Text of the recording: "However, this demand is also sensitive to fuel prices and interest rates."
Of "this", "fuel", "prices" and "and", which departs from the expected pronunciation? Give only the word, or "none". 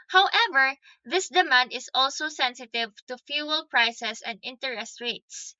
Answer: prices